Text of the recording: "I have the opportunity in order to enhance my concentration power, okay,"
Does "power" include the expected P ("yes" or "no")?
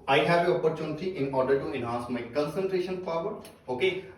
no